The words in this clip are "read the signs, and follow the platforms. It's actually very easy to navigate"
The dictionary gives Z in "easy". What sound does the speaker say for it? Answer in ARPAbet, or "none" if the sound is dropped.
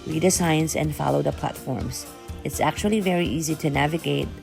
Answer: Z